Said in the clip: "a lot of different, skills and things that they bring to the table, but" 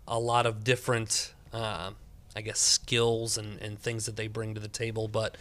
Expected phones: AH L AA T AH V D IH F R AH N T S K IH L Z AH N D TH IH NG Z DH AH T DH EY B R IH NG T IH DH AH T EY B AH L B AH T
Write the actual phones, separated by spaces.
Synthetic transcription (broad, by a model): AH L AA T AH V D IH F R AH N T S K IH L Z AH N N TH IH NG Z DH AH T DH EY B R IH NG T IH DH AH T EY B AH L B AH T